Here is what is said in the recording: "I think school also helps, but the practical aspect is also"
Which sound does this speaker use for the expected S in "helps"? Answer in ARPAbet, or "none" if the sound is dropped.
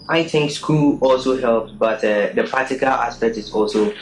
none